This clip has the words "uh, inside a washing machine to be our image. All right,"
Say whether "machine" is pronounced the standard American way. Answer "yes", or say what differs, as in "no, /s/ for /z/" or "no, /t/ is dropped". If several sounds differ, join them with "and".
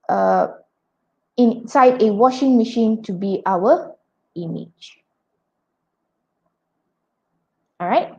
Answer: yes